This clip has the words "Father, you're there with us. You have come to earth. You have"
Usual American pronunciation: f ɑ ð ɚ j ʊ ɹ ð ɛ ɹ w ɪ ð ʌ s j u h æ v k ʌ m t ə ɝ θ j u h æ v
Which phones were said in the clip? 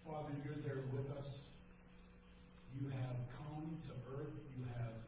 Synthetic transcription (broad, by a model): f ɑ ð ɚ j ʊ ɹ ð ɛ ɹ w ɪ ð ʌ s j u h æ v k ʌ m t ə ɝ θ j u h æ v